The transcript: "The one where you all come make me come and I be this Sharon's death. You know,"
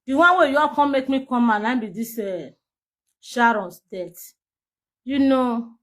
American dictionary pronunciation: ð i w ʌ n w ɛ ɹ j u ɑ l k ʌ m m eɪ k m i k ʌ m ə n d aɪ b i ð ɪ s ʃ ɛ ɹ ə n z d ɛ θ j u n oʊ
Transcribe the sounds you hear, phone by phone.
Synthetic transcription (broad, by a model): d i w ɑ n w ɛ j u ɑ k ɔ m m eɪ k m i k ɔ m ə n aɪ b i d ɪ s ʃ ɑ ɹ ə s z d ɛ t j u n oʊ